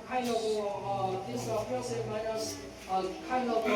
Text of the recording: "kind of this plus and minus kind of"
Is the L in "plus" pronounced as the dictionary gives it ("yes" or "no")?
no